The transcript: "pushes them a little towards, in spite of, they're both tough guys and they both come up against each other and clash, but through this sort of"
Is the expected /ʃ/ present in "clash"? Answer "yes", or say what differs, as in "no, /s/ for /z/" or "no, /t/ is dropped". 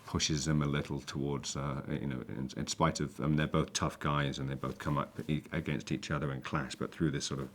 no, /s/ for /ʃ/